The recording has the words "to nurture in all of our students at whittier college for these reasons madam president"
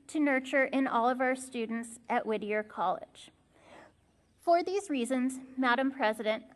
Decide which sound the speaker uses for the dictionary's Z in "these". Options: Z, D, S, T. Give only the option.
Z